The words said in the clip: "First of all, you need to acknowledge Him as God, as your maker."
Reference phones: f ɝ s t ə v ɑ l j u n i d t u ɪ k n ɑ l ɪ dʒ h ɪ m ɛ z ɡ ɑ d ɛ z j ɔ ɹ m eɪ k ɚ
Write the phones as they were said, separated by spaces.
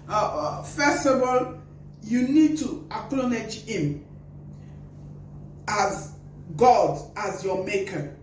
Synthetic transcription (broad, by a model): f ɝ s t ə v ɑ l j u n i d t u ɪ k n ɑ n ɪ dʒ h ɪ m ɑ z ɡ ɑ d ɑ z j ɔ m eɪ k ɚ